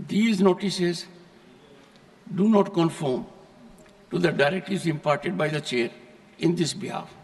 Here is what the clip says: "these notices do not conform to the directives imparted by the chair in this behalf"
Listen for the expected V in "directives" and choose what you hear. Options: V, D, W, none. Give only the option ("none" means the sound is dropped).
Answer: none